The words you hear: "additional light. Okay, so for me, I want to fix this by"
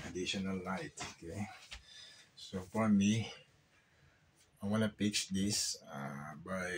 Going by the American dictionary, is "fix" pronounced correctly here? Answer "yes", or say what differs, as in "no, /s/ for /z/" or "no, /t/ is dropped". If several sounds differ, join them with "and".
no, /p/ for /f/